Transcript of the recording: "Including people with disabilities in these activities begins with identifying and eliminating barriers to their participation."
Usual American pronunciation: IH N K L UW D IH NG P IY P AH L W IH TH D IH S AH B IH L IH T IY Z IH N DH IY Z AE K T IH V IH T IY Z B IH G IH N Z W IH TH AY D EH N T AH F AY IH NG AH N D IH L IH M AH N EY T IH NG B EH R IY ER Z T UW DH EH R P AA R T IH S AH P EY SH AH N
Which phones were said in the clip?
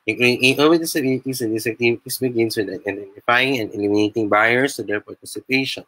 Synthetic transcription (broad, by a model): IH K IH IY AH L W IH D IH S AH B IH L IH T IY S IH N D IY S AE K T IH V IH T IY S B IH G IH N S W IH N AY D EH N T AH F AY IH NG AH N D IH L IH M AH N EY T IH NG B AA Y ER S T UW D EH R P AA R T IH S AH P EY SH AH N